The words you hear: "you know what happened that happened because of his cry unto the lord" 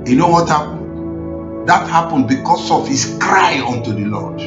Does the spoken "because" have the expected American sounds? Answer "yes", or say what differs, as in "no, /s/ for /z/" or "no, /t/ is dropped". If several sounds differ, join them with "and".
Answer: no, /s/ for /z/